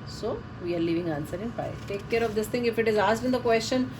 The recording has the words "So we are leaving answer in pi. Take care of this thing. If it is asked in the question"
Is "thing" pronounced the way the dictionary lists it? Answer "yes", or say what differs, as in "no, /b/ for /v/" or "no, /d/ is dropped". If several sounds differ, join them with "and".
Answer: no, /t/ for /θ/